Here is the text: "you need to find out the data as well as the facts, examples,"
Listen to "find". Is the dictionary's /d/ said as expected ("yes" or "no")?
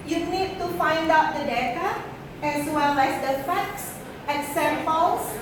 yes